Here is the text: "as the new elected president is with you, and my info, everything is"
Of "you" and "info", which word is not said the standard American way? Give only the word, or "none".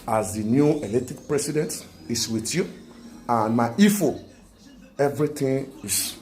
info